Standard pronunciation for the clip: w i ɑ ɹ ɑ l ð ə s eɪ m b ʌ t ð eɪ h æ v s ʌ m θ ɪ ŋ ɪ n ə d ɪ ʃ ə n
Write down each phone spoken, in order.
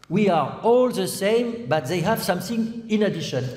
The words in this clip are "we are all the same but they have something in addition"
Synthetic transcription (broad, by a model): w i ɑ ɹ ɑ l ð ə s eɪ m b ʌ t ð eɪ h æ v s ʌ m θ ɪ ŋ ɪ n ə d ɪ ʃ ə n